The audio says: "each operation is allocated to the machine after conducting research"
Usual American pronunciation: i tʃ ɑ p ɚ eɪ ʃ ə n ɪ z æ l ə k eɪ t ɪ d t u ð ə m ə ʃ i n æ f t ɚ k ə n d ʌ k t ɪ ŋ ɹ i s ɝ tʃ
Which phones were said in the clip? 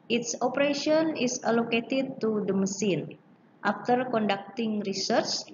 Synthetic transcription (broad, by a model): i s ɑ p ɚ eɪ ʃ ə n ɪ s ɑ l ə k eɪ t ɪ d t u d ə m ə s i n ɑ f t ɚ k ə n d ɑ k t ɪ ŋ ɹ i s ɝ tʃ